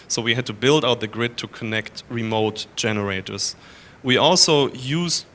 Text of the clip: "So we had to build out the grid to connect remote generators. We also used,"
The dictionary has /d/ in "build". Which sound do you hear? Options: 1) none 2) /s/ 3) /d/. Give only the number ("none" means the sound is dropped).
3